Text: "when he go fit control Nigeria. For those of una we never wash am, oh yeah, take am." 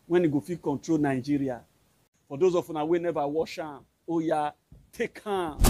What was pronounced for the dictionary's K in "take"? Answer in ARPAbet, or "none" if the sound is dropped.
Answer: K